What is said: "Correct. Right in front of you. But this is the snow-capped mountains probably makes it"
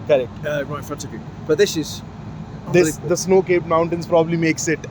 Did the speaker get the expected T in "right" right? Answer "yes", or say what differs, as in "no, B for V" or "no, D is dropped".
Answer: no, T is dropped